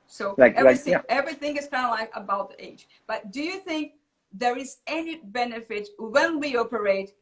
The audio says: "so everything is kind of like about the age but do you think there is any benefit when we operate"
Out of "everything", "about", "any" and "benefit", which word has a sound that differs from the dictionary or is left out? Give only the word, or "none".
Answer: none